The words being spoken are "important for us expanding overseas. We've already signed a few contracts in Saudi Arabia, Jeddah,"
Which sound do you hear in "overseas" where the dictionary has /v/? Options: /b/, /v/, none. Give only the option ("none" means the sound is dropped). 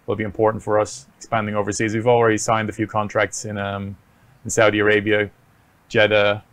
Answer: /v/